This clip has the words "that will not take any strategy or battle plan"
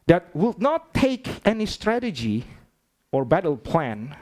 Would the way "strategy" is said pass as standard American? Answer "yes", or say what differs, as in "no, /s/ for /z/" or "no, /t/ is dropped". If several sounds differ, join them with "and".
yes